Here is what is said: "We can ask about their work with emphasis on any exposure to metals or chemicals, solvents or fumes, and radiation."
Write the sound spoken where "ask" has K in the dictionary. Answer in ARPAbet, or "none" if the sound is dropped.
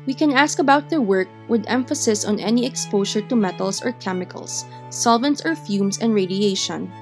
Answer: K